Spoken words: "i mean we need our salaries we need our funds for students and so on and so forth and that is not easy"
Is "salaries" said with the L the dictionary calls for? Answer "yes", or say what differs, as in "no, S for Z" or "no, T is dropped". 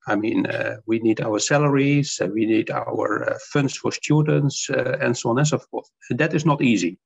yes